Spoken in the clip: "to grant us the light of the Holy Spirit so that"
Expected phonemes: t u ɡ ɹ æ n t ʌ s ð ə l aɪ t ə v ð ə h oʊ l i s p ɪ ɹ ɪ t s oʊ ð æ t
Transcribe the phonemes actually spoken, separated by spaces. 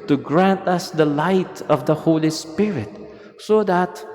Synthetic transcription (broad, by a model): t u ɡ ɹ æ n t ʌ s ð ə l aɪ t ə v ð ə h oʊ l i s p ɪ ɹ ɪ t s oʊ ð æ t